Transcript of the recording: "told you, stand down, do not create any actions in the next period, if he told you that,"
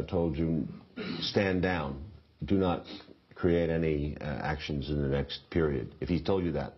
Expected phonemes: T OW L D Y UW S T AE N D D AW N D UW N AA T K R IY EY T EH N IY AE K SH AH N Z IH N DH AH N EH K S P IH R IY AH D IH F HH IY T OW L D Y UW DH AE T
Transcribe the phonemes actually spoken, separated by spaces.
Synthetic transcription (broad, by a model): T OW L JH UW S T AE N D D AW N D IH N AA T K R IY EY T EH N IY AE K SH AH N Z IH N DH AH N EH K S P IH R IY AH D IH F HH IY T OW L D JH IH DH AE T